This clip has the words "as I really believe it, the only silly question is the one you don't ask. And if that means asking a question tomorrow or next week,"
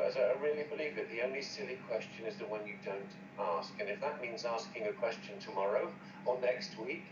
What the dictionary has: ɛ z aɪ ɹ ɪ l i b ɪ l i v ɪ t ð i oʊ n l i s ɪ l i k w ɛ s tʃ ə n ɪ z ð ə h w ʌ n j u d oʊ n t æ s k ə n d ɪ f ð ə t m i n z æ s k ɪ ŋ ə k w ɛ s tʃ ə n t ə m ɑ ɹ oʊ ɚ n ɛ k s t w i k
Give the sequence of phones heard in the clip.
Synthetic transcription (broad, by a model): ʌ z aɪ ɹ ɪ l i b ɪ l i v ɪ t ð i oʊ n l i s ɪ l i k w ɛ s tʃ ə n ɪ z ð ə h w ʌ n j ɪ d oʊ n t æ s k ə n ɪ f ð ə t m i n z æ s k ɪ ŋ ə k w ɛ s tʃ ə n t ə m ɑ ɹ oʊ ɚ n ɛ k s t w i k